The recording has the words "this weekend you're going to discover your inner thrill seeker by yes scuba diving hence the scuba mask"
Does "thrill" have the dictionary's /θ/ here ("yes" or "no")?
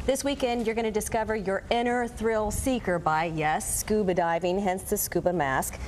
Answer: yes